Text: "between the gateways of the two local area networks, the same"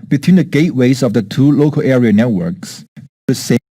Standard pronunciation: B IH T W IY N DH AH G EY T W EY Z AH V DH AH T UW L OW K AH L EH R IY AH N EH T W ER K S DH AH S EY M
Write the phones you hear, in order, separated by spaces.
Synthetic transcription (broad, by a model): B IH T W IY N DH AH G EY T W EY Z AH V DH AH T UW L OW K AH L EH R IY AH N EH T W ER K S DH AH S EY